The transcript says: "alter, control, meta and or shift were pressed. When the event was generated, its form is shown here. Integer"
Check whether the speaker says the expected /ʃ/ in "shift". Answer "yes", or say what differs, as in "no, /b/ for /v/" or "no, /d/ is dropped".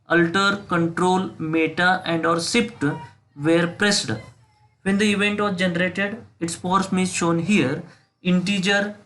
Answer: no, /s/ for /ʃ/